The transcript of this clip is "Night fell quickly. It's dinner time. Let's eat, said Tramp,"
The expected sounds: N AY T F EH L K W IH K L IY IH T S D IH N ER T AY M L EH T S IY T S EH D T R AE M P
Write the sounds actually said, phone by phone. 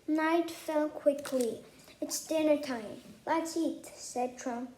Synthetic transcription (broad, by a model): N AY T F EH L K W IH K L IY IH T S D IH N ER T AY M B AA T IY T S EH D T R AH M